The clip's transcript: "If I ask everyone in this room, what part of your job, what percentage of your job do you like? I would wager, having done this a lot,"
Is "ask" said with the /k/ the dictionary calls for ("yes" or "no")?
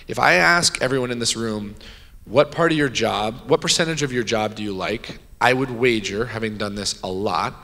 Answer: yes